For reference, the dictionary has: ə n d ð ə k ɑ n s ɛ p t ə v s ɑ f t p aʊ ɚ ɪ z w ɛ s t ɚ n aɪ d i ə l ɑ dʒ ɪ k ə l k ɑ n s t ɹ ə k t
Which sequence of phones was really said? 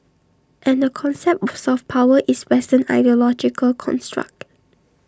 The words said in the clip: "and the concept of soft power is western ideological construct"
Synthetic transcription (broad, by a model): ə n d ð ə k ɑ n s ɛ p t s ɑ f p aʊ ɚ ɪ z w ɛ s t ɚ n aɪ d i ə l ɑ dʒ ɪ k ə l k ɑ n s t ɹ ə k t